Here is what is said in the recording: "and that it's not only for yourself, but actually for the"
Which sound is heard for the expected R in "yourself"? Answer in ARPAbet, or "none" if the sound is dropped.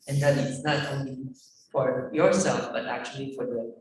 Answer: R